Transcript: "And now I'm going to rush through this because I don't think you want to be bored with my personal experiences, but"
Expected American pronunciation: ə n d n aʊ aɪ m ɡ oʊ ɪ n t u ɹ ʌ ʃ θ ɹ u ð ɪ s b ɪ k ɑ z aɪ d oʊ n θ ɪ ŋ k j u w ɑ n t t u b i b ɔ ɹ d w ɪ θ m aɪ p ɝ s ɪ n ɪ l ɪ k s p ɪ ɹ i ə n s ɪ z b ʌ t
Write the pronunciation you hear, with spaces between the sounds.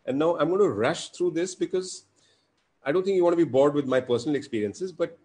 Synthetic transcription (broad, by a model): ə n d n aʊ aɪ m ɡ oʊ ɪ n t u ɹ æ ʃ t ɹ u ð ɪ s b ɪ k ɑ z aɪ d oʊ n t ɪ ŋ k j u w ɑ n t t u b i b ɔ ɹ d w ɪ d m aɪ p ɝ s ɪ n ɪ l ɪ k s p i ɹ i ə n s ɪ z b ʌ t